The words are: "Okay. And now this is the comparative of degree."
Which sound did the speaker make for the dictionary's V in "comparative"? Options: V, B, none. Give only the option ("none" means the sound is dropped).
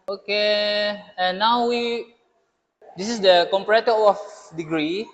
none